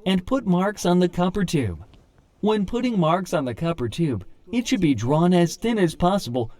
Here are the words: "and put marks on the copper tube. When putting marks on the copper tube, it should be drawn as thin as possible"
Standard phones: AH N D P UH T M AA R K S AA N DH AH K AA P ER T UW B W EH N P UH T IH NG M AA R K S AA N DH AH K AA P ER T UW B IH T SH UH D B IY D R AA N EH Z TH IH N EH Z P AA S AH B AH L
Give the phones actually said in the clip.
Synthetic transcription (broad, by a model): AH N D P UH T M AA R K S N DH AH K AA P ER T UW B W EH N P UH T IH NG M AA R K S N DH AH K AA P ER T UW B IH T SH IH D B IY D R AA N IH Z TH IH N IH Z P AA S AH B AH L